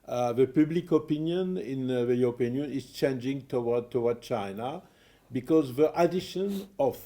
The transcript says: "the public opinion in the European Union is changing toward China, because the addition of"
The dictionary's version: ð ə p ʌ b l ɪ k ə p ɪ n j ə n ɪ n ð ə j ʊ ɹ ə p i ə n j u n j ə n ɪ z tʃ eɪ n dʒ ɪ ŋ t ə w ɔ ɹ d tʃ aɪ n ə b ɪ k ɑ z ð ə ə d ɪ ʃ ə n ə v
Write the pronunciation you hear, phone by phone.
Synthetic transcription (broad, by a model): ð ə p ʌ b l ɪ k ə p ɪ n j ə n ɪ n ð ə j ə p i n n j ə n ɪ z tʃ eɪ n dʒ ɪ ŋ t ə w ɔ w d tʃ aɪ n ə b ɪ k ɑ z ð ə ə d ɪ ʃ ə n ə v